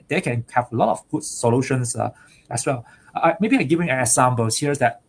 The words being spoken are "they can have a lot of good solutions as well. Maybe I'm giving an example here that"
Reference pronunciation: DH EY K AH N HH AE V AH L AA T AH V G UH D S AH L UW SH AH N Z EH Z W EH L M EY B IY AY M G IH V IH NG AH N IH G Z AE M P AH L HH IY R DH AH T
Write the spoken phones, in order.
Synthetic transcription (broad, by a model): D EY K AH N HH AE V AH L AA T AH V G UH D S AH L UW SH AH N S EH S W EH L M EY B IY AY G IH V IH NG AH N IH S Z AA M B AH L HH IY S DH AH T